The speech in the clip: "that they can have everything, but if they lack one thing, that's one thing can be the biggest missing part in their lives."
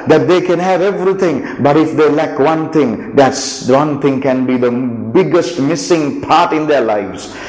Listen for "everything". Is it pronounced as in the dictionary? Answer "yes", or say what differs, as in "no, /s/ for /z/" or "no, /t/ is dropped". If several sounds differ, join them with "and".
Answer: no, /t/ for /θ/